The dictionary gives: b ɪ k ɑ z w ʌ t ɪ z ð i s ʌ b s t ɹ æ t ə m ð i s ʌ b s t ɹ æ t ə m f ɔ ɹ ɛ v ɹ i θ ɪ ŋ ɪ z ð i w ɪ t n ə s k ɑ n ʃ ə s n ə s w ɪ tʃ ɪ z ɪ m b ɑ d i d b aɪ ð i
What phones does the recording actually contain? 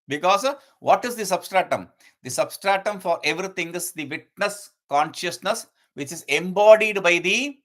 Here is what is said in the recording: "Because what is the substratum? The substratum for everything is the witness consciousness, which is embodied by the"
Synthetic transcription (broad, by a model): b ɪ k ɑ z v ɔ t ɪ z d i s ʌ b s t ɹ æ t ə m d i s ʌ b s t ɹ æ t ə m f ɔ ɹ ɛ v ɹ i t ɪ ŋ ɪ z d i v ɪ t n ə s k ɑ n ʃ ə s n ə s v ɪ tʃ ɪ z ɪ m b ɑ d i d b aɪ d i